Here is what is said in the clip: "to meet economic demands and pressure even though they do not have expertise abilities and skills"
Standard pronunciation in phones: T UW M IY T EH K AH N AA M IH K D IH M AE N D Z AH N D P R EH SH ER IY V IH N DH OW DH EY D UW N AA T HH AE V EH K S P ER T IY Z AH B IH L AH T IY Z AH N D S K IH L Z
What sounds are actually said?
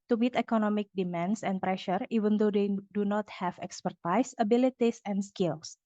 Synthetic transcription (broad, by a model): T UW M IY T EH K AH N AA M IH K D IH M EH N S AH N P R EH SH ER IY V IH N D OW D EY D UW N AA T HH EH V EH K S P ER T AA S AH B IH L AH T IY S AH N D S K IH L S